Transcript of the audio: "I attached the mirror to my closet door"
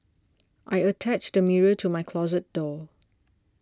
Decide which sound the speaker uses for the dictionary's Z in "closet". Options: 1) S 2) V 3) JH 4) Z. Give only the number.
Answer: 4